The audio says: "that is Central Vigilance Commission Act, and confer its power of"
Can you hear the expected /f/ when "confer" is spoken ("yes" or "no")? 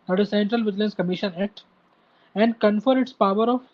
yes